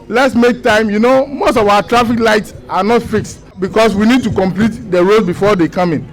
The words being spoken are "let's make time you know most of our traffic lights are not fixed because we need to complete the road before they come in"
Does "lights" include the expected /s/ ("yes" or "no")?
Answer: yes